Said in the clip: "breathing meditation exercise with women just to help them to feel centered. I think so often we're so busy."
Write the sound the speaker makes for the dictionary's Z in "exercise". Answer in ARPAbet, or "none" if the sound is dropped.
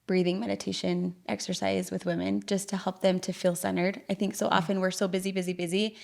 Z